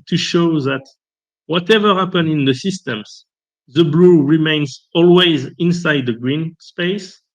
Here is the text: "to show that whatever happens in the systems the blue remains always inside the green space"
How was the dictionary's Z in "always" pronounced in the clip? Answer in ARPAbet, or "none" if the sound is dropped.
Z